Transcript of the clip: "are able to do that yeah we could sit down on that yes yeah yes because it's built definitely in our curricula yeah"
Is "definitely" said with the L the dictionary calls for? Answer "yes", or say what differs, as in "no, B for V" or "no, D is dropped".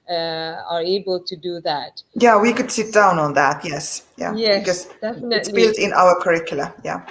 no, L is dropped